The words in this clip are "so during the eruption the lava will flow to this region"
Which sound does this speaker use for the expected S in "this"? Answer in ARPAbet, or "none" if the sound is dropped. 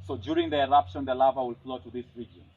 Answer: S